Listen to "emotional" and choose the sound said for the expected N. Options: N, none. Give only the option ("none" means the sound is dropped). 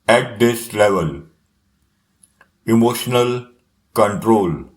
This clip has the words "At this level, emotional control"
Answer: N